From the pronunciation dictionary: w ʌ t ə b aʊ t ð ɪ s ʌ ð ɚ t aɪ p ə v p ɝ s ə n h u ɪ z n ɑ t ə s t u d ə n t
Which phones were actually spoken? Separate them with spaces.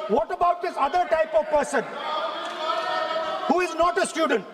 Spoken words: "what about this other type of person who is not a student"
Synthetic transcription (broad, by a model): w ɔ t ə b aʊ t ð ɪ s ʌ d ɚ t aɪ p ə v p ɝ s ə n h u ɪ z n ɑ t ə s t u d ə n t